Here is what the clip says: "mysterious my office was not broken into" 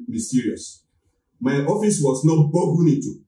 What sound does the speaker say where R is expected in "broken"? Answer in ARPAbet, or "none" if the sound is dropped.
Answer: none